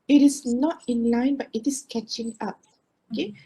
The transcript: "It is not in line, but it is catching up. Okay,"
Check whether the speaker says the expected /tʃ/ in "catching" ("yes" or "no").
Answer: yes